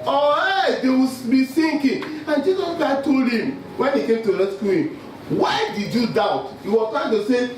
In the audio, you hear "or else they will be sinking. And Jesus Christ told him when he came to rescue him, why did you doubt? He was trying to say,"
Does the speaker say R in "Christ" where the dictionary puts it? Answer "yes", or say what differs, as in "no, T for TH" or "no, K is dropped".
no, R is dropped